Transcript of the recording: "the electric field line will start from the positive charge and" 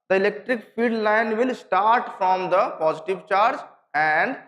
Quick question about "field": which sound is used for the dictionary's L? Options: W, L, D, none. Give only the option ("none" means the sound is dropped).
none